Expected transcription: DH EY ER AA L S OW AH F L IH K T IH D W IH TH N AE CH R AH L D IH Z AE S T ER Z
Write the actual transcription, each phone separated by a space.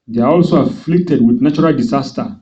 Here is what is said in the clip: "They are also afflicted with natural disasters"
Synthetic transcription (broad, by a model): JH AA AA L S OW AH F L IH K T IH D W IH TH N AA CH R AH L D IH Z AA S T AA